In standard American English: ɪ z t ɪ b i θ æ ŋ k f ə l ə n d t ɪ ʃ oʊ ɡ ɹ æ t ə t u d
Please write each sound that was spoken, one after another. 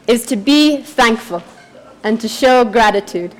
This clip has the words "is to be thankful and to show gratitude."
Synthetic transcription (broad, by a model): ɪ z t ɪ b i θ æ ŋ k f ə l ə n t ɪ ʃ oʊ ɡ ɹ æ t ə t u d